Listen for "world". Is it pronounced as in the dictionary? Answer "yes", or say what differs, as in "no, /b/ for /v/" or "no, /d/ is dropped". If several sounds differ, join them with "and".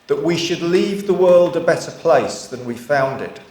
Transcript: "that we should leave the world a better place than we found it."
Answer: yes